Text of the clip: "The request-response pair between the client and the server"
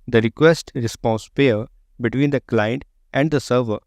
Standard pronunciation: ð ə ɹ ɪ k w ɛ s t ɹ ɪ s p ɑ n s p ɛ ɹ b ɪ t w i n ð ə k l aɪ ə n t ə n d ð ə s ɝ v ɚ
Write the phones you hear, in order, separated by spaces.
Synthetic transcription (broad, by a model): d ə ɹ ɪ k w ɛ s t ɹ ɪ s p ɑ n s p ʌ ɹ b ɪ t w i n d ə k l aɪ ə n t ə n d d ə s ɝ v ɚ